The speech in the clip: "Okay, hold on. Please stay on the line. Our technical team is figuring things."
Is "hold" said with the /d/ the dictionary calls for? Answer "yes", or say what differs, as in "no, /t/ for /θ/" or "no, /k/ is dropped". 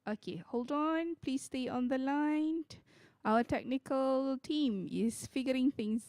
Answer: yes